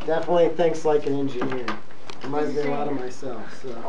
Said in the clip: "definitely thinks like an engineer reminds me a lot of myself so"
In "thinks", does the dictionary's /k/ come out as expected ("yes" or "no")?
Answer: yes